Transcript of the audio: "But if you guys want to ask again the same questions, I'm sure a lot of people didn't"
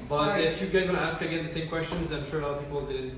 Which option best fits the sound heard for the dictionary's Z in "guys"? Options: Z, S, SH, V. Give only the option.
Z